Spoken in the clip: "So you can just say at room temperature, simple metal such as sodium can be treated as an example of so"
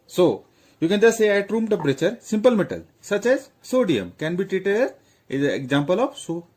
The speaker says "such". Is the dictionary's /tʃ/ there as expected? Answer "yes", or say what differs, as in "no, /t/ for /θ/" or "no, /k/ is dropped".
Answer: yes